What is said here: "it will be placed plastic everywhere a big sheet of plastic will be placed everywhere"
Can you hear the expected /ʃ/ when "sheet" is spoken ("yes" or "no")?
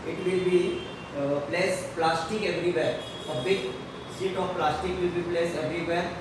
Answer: no